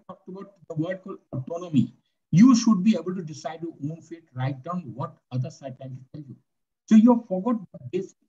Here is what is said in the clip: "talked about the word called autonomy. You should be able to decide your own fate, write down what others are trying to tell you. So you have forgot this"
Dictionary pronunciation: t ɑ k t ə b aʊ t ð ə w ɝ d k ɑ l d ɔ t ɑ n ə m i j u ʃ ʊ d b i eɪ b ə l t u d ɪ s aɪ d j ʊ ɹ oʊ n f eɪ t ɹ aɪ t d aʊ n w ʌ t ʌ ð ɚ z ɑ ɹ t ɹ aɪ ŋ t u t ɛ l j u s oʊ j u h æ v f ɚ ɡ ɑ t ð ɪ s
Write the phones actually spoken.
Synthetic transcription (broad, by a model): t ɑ k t ə b aʊ t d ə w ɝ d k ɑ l ɔ t ɑ n ə m i j u ʃ ʊ d b i eɪ b ə l t u d ɪ s aɪ d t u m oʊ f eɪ t ɹ aɪ t d aʊ n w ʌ t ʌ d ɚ s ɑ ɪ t aɪ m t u t ɛ l j u s oʊ j u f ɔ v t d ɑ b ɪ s